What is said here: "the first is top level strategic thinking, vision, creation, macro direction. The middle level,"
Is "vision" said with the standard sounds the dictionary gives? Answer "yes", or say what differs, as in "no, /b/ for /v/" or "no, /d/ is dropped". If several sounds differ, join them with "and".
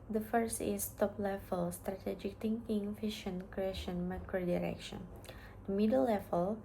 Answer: no, /f/ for /v/ and /ʃ/ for /ʒ/